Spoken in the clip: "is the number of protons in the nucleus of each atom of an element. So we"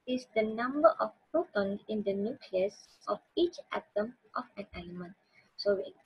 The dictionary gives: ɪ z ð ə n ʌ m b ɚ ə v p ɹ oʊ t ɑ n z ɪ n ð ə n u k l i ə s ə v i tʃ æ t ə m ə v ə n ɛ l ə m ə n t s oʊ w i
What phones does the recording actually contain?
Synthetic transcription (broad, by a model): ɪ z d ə n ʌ m b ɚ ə f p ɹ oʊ t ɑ n ɪ n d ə n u k l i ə s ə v i tʃ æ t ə m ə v ə n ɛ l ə m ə n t s oʊ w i